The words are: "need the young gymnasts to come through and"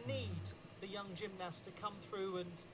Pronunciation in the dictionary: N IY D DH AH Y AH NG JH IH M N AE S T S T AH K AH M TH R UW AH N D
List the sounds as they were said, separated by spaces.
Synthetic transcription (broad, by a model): N IY D DH AH Y AH NG JH IH M N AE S S T AH K AH M TH R UW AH N